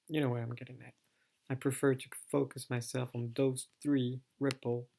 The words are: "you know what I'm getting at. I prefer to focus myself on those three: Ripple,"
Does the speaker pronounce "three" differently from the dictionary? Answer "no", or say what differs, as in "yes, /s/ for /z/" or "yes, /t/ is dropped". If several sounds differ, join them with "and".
no